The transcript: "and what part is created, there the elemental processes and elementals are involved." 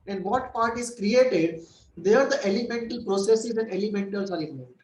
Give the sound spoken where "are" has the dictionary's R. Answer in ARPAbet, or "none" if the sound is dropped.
L